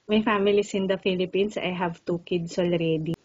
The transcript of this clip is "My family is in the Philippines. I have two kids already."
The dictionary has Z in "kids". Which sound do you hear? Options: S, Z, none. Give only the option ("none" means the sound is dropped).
S